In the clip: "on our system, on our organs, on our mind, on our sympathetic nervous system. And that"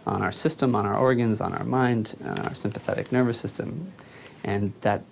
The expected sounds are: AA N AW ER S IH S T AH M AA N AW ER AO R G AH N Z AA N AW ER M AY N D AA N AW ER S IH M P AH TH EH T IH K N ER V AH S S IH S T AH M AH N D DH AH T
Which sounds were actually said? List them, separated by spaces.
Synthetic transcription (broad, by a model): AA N AW ER S IH S T AH M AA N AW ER AO R G AH N Z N AW ER M AY N D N AW ER S IH M P AH TH EH T IH K N ER V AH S S IH S T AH M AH N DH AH T